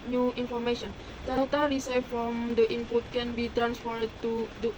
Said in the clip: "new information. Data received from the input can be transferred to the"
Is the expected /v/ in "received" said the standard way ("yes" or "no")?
no